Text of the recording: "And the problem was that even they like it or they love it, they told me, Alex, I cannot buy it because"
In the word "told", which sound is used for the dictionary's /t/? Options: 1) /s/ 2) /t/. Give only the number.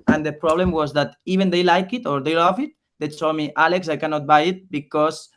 1